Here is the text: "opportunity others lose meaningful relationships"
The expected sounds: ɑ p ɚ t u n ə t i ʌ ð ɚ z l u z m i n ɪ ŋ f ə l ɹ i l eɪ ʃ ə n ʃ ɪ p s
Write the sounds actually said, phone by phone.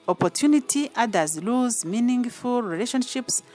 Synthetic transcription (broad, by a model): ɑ p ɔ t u n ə t i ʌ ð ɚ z l u z m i n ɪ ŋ f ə l ɹ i l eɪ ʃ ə n ʃ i p s